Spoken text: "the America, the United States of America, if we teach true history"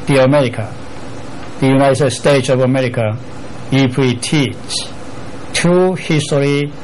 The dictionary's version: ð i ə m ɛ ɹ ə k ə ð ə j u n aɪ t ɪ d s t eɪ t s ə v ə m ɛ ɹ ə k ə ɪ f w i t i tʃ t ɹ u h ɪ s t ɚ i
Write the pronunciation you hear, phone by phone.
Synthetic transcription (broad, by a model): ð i ə m ɛ ɹ ə k ə ð ə j u n aɪ t ɪ d s t eɪ t s ə v ə m ɛ ɹ ə k ə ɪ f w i t i tʃ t u h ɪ s t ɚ i